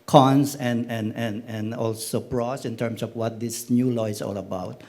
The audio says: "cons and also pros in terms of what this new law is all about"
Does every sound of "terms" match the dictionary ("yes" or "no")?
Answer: no